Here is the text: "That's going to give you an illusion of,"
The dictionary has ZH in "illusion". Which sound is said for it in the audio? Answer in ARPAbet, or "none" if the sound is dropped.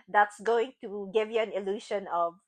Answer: SH